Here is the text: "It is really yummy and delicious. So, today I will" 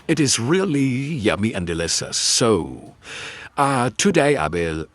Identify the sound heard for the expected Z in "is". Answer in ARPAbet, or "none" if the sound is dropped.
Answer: Z